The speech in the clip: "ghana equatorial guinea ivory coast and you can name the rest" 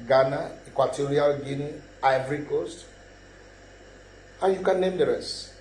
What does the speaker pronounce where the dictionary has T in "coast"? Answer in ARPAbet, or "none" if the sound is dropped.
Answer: T